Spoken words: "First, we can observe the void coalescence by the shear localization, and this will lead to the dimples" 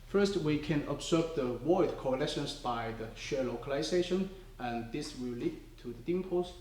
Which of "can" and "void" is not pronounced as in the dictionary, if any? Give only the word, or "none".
void